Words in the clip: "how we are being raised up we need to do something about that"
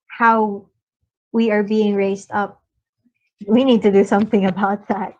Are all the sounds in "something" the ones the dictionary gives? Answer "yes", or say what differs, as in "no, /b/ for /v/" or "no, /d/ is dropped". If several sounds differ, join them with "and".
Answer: yes